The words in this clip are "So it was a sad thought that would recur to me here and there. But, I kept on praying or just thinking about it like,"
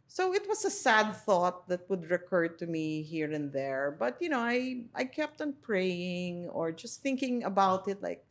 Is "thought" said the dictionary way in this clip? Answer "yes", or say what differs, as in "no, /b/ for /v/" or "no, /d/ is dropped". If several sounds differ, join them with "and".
yes